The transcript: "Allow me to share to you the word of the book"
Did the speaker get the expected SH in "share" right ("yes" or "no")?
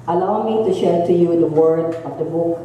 yes